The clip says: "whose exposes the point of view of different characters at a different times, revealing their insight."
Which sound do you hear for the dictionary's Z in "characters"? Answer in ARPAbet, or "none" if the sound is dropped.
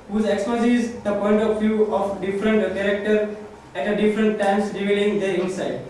none